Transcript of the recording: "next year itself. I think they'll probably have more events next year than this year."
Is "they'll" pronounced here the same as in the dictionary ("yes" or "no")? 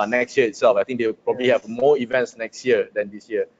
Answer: no